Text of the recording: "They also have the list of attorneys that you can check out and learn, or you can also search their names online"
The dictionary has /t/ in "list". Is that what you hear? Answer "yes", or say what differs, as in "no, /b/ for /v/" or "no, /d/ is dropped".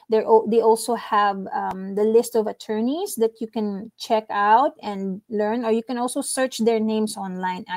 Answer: yes